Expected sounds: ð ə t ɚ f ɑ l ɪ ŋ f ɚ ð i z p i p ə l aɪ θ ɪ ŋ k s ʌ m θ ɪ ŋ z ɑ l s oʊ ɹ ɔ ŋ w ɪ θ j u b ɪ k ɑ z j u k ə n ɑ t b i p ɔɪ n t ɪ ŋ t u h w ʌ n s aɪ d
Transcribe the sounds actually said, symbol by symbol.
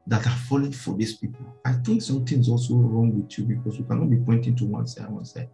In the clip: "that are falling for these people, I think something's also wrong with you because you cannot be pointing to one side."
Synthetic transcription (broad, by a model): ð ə t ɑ f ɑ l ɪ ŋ f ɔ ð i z p i p ə l aɪ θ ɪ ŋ k s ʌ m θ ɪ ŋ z ɑ l s oʊ ɹ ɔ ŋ w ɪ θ j u b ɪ k ɑ s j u k ə n ɑ t b i p ɔɪ n t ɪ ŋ t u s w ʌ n s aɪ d